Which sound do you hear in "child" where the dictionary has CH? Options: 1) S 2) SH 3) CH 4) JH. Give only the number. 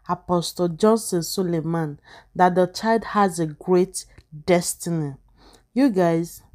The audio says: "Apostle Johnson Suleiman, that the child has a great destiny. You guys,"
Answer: 3